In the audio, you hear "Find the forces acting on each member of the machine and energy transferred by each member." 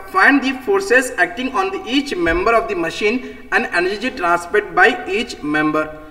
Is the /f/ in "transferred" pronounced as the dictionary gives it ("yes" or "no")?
no